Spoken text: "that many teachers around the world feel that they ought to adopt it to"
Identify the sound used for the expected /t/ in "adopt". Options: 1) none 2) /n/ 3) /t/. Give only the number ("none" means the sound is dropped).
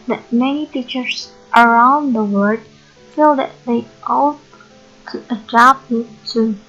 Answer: 1